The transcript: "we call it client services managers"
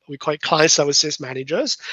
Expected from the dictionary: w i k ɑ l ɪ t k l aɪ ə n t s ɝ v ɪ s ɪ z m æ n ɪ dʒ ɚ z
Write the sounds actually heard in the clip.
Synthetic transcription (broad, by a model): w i k ɑ ɪ t k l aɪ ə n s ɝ w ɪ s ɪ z m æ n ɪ dʒ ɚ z